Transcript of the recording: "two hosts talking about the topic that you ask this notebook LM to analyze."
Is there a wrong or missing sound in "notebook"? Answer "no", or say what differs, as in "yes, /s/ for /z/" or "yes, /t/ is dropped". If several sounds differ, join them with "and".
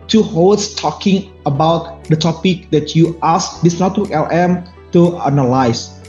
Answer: yes, /b/ is dropped